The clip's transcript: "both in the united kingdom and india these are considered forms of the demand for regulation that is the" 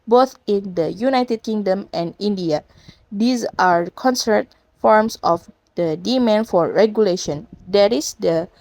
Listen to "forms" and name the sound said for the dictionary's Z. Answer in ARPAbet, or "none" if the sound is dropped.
S